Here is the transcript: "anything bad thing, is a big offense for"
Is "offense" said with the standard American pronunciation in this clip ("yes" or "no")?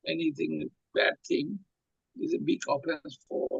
no